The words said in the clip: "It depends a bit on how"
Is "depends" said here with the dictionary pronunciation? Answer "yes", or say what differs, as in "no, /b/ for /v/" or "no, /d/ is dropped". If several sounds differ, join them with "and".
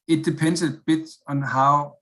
no, /z/ is dropped